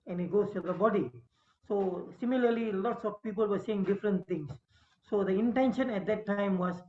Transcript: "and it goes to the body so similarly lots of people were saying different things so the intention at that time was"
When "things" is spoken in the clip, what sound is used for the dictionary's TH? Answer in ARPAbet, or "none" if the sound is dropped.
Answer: T